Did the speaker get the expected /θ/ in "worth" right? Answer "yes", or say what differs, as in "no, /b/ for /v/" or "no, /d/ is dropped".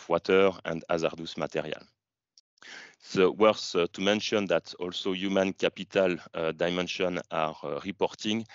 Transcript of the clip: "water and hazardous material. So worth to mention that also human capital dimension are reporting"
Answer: no, /s/ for /θ/